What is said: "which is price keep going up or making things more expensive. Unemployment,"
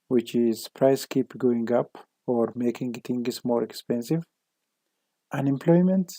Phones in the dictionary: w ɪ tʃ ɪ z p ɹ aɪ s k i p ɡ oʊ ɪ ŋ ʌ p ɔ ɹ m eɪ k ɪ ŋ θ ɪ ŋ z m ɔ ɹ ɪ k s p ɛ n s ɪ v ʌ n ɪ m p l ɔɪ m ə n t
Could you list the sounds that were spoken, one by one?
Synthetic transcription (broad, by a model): w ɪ tʃ ɪ z p ɹ aɪ s k i p ɡ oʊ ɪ ŋ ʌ p ɔ ɹ m eɪ k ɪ ŋ t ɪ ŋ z m ɔ ɹ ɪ k s p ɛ n s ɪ v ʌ n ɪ m p l ɔɪ m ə n t